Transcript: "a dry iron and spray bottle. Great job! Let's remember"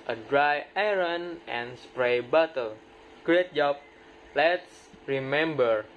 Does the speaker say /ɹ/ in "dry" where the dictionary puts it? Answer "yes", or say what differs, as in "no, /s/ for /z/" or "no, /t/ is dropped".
yes